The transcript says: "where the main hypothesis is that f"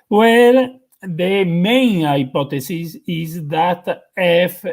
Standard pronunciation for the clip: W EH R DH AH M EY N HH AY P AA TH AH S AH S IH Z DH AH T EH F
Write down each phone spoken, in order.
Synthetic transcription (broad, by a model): W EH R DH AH M EY N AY P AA T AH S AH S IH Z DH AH T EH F